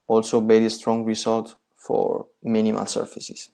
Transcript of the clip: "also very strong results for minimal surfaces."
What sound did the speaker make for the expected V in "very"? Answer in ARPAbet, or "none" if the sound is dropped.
B